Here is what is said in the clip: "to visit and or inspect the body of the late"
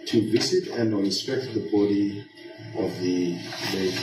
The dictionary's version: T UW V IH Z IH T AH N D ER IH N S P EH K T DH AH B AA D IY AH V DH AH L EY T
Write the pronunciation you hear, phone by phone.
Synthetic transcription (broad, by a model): T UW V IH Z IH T AH N D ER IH S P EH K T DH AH B AA D IY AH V DH AH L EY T